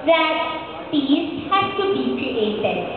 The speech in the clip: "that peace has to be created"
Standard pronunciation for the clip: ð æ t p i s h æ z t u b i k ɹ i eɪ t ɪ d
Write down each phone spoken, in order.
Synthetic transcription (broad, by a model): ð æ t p i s h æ s t u b i k ɹ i eɪ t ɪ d